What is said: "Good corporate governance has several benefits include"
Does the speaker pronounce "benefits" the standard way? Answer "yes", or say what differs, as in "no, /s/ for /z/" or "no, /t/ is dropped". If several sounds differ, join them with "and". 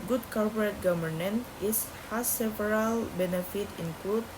no, /s/ is dropped